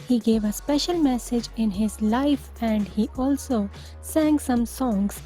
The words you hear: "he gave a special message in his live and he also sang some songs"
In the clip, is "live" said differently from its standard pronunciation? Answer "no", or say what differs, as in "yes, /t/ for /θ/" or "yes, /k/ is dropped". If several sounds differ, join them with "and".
yes, /f/ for /v/